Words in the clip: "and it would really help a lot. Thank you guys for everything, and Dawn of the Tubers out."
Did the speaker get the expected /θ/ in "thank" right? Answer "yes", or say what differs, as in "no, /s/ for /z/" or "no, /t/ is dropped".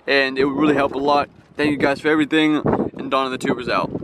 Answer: yes